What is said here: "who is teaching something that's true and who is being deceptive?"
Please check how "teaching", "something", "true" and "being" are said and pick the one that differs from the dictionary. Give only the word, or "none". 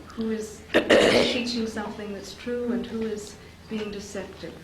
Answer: none